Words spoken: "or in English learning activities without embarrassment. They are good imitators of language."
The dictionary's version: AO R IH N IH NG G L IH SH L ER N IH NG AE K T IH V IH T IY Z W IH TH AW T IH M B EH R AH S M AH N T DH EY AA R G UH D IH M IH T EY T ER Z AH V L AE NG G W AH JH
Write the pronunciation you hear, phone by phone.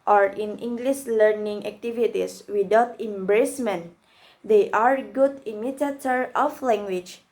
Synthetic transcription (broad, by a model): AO R IH N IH NG G L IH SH L ER N IH NG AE K T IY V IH T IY S W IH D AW T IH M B R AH S M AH N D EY AA R G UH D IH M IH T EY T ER AH F L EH NG G W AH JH